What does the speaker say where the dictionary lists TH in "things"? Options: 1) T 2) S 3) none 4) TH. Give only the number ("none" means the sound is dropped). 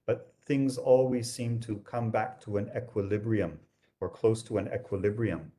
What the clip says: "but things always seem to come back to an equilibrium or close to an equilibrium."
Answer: 4